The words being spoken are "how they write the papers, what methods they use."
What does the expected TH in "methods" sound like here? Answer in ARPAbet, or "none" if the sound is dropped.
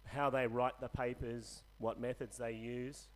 TH